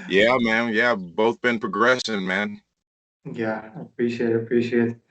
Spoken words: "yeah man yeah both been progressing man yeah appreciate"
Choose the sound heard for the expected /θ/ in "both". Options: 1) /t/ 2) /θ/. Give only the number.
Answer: 2